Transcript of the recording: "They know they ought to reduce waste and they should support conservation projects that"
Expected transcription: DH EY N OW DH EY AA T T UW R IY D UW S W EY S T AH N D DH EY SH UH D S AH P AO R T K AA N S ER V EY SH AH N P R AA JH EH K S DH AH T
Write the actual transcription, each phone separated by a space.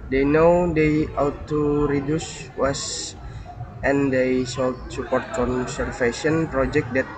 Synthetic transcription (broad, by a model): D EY N OW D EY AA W T UW R IY D UW S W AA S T AH N D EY S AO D S AH P AO R T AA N S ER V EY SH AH N P R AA JH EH K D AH T